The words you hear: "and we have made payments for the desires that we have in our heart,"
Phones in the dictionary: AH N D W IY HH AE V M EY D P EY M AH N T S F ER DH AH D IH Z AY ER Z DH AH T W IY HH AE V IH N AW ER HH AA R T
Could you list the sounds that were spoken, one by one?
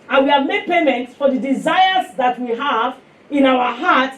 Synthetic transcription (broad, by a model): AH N W IY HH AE V M EY D P EY M AH N T S F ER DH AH D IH Z AY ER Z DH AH T W IY HH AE V IH N AW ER HH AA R T